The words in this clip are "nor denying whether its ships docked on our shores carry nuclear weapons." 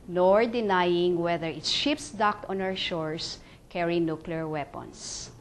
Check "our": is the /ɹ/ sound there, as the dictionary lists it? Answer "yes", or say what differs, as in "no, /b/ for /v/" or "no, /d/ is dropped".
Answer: no, /w/ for /ɹ/